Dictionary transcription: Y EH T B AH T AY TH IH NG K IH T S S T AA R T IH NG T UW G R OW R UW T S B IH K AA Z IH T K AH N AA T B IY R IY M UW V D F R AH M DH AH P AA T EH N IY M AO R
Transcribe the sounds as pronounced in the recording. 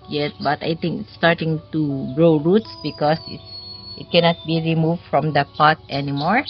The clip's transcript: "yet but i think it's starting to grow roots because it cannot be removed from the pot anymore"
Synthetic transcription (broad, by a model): Y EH T B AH T AY T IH NG K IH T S S T AA R T IH NG T UW G R OW R UW T S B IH K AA S IH T K AH N AA T B IY R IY M UW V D F R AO M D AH P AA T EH N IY M AO R